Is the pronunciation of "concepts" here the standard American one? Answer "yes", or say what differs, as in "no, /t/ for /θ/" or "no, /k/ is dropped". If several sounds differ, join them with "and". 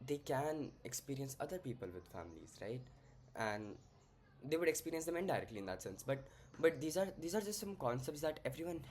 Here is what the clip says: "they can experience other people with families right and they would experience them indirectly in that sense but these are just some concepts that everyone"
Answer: yes